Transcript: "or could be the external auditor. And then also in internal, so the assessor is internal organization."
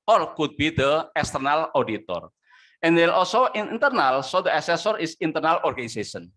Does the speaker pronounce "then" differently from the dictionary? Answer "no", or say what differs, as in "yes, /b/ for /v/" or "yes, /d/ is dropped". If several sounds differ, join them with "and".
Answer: yes, /l/ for /n/